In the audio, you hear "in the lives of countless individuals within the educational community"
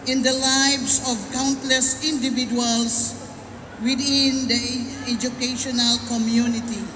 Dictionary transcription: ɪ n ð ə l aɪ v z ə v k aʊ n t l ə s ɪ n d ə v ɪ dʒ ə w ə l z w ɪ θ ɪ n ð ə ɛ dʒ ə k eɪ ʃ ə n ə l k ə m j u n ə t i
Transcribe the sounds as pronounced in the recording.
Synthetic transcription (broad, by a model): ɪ n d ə l aɪ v s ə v k aʊ n t l ə s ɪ n d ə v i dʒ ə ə l s w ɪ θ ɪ n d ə ɛ dʒ ə k eɪ ʃ ə n ə l k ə m j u n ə t i